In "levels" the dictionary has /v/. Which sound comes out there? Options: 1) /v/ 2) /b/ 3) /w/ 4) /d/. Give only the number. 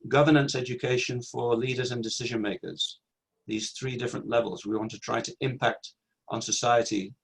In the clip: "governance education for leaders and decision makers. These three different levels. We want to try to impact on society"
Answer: 1